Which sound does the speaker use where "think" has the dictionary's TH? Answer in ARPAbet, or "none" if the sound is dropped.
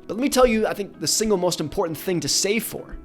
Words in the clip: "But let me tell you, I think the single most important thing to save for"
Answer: TH